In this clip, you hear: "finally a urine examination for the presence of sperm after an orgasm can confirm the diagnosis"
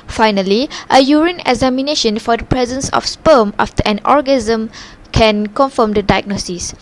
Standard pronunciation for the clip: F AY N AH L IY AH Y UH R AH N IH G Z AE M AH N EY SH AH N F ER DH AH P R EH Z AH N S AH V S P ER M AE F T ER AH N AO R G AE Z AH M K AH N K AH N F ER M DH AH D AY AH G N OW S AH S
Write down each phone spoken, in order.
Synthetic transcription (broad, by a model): F AY N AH L IY AH Y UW R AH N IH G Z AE M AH N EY SH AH N F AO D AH P R EH Z AH N S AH F S P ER M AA F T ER AH N AO R G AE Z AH M K AH N K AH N F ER M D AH D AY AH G N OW S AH S